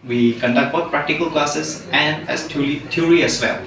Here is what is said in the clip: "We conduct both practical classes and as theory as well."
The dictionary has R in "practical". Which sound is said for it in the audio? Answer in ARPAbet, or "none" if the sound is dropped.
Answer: R